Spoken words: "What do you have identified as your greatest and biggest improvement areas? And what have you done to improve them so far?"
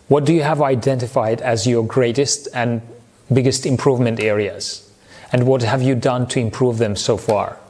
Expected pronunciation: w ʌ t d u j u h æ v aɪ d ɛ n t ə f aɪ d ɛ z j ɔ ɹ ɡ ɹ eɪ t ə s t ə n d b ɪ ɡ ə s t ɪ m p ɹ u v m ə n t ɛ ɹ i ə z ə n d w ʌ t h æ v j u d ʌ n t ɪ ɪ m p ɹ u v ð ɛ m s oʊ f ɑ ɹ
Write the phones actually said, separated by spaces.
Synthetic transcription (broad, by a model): w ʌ t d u j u h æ v aɪ d ɛ n t ə f aɪ d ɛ z j ɔ ɹ ɡ ɹ eɪ t ə s t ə n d b ɪ ɡ ə s t ɪ m p ɹ u v m ə n t ɛ ɹ i ə z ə n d w ʌ t h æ v j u d ʌ n t ɪ ɪ m p ɹ u v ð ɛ m s oʊ f ɑ ɹ